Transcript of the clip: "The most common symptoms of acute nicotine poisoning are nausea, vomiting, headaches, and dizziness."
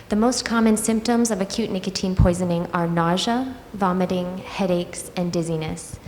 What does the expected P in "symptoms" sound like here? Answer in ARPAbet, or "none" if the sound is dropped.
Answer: P